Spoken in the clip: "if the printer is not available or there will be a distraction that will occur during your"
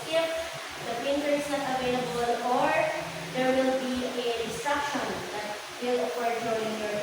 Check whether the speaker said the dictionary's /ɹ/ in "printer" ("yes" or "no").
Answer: no